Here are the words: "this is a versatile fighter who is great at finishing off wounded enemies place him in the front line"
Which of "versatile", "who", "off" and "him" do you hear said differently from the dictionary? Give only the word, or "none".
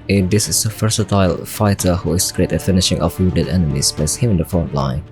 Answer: versatile